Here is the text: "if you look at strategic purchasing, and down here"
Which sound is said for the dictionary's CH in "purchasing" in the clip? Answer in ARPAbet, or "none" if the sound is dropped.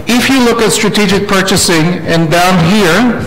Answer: CH